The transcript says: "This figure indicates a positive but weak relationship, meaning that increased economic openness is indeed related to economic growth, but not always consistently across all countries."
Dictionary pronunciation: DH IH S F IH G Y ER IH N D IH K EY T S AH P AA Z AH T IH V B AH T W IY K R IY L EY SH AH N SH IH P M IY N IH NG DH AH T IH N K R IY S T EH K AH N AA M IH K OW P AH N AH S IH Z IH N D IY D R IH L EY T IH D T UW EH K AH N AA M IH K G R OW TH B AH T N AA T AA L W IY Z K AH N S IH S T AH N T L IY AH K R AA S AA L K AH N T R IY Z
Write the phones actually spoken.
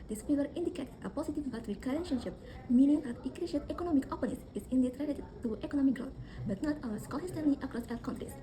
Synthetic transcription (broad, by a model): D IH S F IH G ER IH N D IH K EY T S AH P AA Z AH T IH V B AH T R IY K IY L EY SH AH N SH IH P M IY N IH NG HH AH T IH K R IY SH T EH K AH N AA M IH K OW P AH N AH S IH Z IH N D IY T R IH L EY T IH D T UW EH K AH N AA M IH K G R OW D B AH T N AA T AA W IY S K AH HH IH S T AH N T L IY AH K R AA S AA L K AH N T R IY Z